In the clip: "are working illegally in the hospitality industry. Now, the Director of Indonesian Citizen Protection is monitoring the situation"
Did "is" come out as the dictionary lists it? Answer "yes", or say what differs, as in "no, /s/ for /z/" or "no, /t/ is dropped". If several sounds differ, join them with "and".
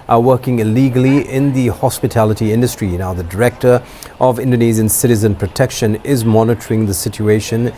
yes